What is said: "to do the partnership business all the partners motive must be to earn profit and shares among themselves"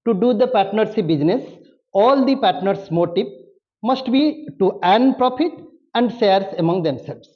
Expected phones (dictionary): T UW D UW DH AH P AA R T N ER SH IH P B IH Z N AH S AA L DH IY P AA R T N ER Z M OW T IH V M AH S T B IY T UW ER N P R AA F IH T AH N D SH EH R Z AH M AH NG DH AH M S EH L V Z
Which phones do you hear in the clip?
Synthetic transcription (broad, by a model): T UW D UW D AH P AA R T N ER S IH B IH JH N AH S AA L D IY P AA R T N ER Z M OW T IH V M AH S T B IY T UW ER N P R AA F IH T AH N D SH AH R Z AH M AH NG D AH M S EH L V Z